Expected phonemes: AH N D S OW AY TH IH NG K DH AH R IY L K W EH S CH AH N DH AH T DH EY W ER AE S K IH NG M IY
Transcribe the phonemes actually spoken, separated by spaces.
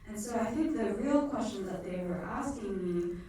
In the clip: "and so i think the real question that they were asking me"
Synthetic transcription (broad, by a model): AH N S OW AY TH IH NG K DH AH R IY L K W EH S CH AH N DH AH T DH EY W ER AE S K IH NG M IY